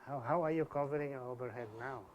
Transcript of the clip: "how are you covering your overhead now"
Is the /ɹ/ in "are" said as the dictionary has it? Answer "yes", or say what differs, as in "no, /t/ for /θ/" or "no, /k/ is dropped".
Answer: no, /w/ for /ɹ/